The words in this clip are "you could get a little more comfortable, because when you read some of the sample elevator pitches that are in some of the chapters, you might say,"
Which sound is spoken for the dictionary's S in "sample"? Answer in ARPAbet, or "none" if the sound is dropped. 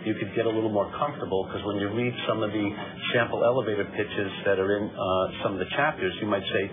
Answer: SH